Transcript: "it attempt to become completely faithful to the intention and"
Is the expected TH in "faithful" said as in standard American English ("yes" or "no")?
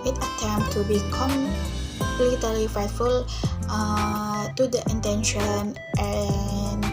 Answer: no